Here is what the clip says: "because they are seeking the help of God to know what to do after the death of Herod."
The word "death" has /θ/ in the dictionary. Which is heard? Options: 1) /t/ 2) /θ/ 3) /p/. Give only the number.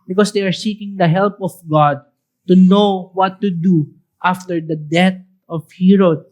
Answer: 1